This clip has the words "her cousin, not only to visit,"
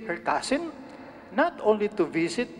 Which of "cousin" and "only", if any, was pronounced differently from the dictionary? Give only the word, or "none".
cousin